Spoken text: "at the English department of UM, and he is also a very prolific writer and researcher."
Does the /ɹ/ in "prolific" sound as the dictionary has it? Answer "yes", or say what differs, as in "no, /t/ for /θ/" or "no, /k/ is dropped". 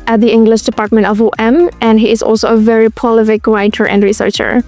no, /ɹ/ is dropped